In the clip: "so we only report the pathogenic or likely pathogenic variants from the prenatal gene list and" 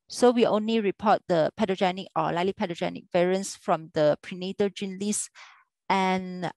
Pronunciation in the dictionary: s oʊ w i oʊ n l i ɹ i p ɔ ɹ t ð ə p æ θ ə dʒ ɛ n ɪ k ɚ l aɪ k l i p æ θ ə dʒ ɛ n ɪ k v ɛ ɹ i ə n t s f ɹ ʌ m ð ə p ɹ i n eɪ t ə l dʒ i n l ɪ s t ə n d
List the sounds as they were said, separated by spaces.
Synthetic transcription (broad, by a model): s oʊ w i oʊ n l i ɹ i p ɔ t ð ə p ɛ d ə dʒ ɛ n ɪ k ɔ l aɪ l i p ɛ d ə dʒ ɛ n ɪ k v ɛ ɹ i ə n s f ɹ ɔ m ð ə p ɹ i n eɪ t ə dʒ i n l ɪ s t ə n